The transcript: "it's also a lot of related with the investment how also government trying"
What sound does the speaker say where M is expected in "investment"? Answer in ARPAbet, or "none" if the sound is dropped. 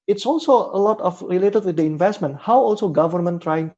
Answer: M